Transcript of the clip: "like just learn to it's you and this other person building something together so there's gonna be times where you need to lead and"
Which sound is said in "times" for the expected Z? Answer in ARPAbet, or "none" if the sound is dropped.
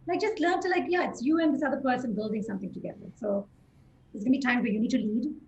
none